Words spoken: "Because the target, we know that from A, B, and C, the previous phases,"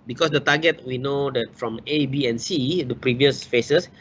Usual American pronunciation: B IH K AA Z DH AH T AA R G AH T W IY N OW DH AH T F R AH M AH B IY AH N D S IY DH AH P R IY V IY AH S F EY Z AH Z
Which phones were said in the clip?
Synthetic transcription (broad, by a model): B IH K AA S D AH T AA G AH T W IY N OW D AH T F R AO M AH B IY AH N S IY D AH P R IY V IY AH S F EY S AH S